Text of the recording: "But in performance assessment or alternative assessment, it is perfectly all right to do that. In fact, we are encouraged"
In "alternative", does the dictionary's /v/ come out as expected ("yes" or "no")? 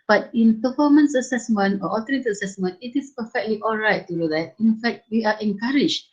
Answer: no